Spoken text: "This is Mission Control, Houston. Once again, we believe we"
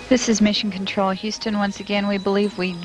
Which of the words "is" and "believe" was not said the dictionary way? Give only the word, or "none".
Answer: none